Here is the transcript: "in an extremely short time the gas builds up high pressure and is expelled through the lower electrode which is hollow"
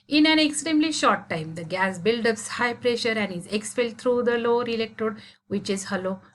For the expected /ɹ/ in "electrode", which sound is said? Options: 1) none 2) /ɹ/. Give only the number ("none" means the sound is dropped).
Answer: 1